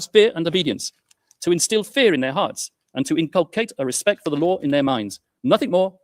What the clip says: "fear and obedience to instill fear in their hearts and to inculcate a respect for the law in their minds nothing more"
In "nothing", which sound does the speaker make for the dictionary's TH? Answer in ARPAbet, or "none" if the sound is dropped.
TH